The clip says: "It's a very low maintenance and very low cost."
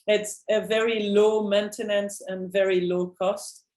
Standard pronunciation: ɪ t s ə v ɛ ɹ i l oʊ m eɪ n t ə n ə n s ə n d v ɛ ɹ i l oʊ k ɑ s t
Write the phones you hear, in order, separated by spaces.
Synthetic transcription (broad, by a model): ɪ t s ə v ɛ ɹ i l oʊ m eɪ n t ə n ə n s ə n v ɛ ɹ i l oʊ k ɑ s t